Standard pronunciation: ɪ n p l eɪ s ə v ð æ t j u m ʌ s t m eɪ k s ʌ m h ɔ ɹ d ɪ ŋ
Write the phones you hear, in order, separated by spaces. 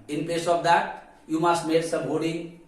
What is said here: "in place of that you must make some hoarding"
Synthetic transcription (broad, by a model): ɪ n p eɪ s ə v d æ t j u m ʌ s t m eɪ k s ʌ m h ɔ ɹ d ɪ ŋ